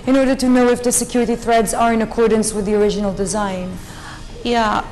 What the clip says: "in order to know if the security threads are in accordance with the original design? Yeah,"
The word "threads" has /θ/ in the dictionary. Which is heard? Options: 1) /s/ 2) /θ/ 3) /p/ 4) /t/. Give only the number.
2